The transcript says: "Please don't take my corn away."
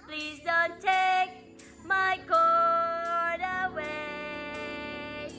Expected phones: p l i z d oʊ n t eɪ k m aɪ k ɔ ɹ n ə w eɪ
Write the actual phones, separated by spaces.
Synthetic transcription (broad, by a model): p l i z d oʊ n t eɪ k m aɪ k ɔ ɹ ə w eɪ